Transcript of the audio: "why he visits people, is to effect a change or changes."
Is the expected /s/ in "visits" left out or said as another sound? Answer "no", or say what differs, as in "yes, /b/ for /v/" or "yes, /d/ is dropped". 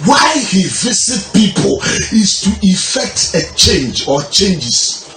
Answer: yes, /s/ is dropped